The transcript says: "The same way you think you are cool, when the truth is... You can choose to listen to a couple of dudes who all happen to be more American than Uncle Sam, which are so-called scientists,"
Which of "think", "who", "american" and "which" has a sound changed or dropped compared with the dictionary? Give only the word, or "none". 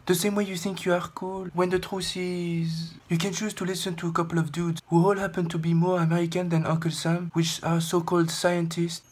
none